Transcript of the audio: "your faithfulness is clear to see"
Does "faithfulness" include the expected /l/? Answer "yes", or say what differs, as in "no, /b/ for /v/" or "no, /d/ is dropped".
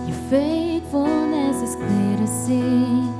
no, /l/ is dropped